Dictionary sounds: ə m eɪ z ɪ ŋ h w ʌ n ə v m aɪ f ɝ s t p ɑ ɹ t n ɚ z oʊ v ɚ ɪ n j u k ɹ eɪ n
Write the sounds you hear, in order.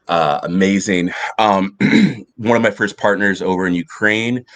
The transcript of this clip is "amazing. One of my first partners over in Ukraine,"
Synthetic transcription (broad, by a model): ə m eɪ z ɪ ŋ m w ʌ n ə v m aɪ f ɝ s p ɑ ɹ t n ɚ z oʊ v ɚ ɪ n j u k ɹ eɪ n